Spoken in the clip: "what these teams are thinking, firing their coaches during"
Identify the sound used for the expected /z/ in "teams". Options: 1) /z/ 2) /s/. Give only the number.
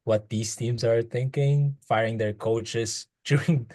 2